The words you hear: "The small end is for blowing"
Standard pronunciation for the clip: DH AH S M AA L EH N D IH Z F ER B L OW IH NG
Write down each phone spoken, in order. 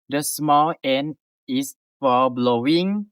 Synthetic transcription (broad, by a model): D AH S M AA L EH N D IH S F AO B L OW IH NG